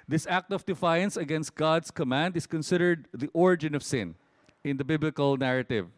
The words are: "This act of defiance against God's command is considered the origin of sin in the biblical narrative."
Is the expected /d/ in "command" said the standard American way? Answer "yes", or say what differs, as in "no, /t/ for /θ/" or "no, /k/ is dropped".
yes